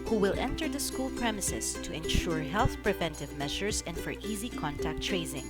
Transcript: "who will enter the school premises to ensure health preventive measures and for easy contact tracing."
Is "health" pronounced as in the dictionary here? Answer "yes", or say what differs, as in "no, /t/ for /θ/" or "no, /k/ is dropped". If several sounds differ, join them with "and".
yes